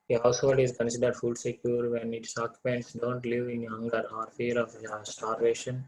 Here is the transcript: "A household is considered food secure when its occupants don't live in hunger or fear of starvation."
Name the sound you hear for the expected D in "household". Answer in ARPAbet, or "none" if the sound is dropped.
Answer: D